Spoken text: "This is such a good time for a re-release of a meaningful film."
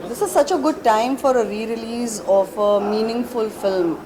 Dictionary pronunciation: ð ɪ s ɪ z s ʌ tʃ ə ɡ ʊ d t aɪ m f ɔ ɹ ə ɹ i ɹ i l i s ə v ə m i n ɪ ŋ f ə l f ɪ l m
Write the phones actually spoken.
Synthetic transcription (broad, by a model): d ɪ s ɪ z s ʌ tʃ ə ɡ ʊ d t aɪ m f ɔ ɹ ə ɹ i ɹ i l i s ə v ə m i n ɪ ŋ f ə l f ɪ l m